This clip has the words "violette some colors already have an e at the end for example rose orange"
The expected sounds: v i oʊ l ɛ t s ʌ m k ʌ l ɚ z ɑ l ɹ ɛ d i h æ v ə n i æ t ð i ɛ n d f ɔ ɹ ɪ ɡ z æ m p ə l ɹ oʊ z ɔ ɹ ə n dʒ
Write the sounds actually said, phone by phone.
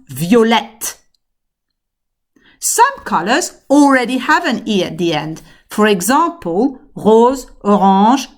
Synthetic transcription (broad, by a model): v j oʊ l ɛ t s ʌ m k ʌ l ɚ z ɑ l ɹ ɛ d i h æ v ə n i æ t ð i ɛ n d f ɔ ɹ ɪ ɡ z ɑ p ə l ɹ oʊ z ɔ ɹ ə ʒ